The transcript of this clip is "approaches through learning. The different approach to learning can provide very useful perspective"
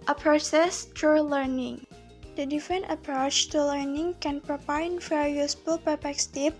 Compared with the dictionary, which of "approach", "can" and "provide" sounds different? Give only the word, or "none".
provide